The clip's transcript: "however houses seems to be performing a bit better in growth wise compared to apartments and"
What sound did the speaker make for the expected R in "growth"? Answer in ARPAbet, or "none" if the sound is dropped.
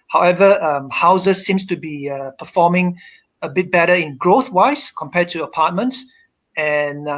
R